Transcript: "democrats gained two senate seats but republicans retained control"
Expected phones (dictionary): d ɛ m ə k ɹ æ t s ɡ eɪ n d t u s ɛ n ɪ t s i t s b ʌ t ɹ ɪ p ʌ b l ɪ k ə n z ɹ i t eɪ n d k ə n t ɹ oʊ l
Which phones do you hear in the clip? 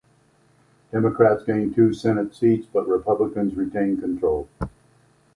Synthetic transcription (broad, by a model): d ɛ m ə k ɹ æ t s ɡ eɪ n t u s ɛ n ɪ t s i t s b ʌ t ɹ ɪ p ʌ b l ɪ k ə n z ɹ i t eɪ n k ə n t ɹ oʊ l